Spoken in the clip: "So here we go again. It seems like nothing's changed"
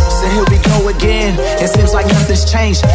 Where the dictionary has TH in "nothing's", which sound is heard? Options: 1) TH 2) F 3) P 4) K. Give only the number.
2